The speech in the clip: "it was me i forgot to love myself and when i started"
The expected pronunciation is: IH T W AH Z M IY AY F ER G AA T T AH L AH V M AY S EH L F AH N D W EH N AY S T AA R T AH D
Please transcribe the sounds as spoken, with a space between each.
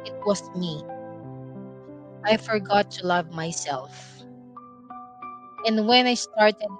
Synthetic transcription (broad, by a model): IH T W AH S M IY AY F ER G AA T T AH L AH V M AY S EH L F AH N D W EH N AY S T AA R T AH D